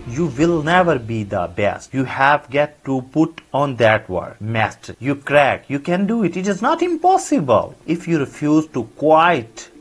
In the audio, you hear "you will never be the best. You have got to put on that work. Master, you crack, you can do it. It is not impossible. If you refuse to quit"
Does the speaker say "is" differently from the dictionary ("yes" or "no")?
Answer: no